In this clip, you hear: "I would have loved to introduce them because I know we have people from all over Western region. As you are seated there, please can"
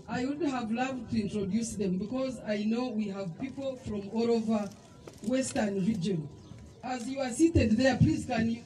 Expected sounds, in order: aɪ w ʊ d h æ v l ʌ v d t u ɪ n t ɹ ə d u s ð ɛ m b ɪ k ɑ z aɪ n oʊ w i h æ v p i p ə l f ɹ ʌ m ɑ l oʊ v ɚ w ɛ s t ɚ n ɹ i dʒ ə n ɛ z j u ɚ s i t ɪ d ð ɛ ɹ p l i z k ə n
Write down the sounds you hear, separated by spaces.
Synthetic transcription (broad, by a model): aɪ w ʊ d h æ v l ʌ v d t u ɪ n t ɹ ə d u s ð ɛ m b ɪ k ɑ z aɪ n oʊ w i h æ v p i p ə l f ɹ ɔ m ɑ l oʊ v ɚ w ɛ s t ɚ n ɹ i dʒ ə n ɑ z j u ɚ s i t ɪ d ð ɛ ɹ p l i z k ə n